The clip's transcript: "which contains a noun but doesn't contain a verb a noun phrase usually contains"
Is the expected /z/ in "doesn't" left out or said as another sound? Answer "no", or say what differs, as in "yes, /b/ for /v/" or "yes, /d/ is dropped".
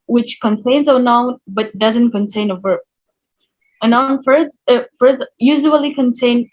no